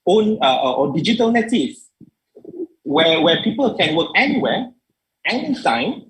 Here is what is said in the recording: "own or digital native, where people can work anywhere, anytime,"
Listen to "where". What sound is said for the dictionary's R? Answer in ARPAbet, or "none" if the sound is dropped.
W